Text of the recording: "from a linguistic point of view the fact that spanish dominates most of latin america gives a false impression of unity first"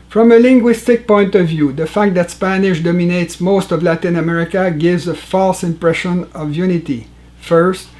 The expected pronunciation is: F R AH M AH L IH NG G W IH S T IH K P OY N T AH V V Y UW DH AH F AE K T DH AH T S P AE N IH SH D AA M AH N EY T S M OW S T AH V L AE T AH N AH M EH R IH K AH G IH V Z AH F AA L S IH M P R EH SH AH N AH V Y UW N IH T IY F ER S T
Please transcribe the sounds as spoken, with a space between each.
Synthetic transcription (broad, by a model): F R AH M AH L IH NG G W IH S T IH K P OY N T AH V V Y UW DH AH F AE K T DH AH T S P AE N IH SH D AA M AH N EY T S M OW S T AH V L AE T AH N AH M EH R IH K AH G IH V Z AH F AA L S IH M P R EH SH AH N AH V Y UW N IH T IY F ER S T